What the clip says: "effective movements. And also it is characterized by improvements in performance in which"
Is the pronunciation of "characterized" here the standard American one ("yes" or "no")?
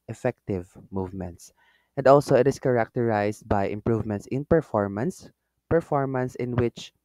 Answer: no